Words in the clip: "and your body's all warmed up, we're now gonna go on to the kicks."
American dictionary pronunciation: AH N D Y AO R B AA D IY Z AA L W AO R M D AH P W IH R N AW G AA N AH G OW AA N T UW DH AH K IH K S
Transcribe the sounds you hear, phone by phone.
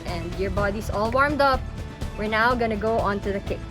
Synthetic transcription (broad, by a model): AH N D Y AO R B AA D IY S AA L W AO R M D AH P W IH R N AW G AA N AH G OW AA N T UW DH AH K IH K